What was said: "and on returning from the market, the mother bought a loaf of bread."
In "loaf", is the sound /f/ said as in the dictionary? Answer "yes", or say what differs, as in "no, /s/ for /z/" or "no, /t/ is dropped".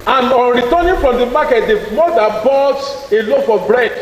yes